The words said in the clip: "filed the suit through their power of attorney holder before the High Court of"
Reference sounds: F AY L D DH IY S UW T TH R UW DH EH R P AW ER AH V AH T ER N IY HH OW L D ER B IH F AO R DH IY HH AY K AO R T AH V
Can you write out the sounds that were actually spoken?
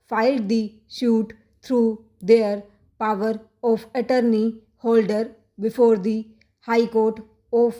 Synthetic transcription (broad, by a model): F AY L D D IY SH UW T T R UW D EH R P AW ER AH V AH T ER N IY HH OW L D ER B IH F AO R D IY HH AY K AO R T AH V